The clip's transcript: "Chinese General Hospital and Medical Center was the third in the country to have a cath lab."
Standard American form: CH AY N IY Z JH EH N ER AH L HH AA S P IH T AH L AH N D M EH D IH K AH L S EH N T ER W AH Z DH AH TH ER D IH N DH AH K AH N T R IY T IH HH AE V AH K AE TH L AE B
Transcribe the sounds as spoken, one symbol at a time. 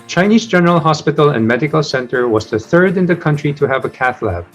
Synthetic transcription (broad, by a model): CH AY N IY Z JH EH N ER AH L HH AA S P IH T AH L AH N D M EH D IH K AH L S EH N T ER W AH Z DH AH TH ER D IH N DH AH K AH N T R IY T IH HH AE V AH K AE TH L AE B